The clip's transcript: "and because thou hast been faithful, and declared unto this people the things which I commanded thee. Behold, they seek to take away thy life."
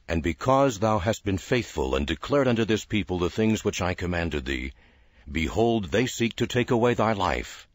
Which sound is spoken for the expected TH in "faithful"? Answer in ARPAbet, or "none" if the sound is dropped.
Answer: TH